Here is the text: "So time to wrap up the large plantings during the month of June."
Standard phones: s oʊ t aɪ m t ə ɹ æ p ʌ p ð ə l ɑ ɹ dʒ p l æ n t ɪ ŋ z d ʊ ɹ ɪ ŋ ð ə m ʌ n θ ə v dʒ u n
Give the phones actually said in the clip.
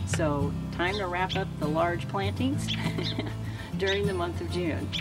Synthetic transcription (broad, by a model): s oʊ t aɪ m t ə ɹ æ p ʌ p ð ə l ɑ ɹ dʒ p l æ n t ɪ ŋ z d ʊ ɹ ɪ ŋ ð ə m ʌ n θ ə v dʒ u n